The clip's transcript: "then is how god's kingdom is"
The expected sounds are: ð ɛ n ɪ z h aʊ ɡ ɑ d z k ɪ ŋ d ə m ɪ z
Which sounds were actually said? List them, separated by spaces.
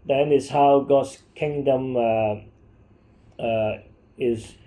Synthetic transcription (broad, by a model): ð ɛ n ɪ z h aʊ ɡ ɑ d s k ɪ ŋ d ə m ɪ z